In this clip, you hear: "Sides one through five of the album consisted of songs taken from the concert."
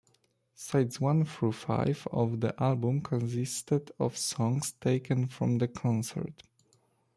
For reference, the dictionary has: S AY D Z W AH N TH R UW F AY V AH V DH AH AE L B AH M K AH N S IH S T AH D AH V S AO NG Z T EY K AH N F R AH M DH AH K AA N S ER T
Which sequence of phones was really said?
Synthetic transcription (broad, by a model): S AY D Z W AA N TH R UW F AY V AH V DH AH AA L B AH M K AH N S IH S T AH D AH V S AO NG S T EY K AH N F R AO M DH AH K AA N S ER T